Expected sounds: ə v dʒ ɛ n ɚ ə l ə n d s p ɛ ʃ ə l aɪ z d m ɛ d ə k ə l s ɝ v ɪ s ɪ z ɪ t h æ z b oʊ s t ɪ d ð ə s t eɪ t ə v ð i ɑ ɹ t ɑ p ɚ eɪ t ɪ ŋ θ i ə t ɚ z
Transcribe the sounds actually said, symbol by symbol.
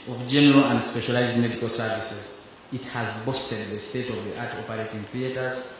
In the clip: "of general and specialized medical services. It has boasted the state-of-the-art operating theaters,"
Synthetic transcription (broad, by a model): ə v dʒ ɛ n ɚ ə l ə n d s p ɛ ʃ ə l aɪ z d m ɛ d ə k ə l s ɝ v ɪ s ɪ z ɪ t h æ z b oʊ s t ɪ d ð ə s t eɪ t ə v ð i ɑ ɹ t ɑ p ɚ eɪ t ɪ ŋ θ i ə t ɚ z